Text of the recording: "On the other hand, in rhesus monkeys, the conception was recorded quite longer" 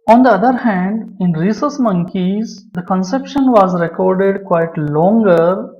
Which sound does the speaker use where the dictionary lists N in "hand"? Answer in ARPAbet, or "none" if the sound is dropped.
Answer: N